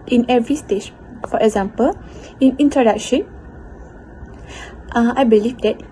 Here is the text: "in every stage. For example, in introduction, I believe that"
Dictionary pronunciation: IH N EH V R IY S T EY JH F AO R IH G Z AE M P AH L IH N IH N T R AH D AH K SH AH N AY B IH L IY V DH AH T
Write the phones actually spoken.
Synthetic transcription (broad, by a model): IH N EH V R IY S T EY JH F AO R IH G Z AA M P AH L IH N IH N T AH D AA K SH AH N AY B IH L IY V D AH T